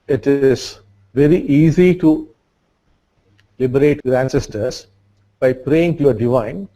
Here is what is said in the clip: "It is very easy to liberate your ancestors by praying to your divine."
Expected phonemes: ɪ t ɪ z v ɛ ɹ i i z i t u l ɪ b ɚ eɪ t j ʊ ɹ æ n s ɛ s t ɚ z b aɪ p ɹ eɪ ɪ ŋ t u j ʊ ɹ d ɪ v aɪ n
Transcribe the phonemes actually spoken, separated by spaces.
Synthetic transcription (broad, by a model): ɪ t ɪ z v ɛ ɹ i i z i t u l ɪ b ɚ eɪ t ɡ ɹ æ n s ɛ s t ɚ s b aɪ p ɹ eɪ ɪ ŋ t u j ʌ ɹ d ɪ v aɪ n